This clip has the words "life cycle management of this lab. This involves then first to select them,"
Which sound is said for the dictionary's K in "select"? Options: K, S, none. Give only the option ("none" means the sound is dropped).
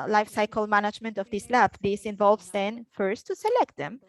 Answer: K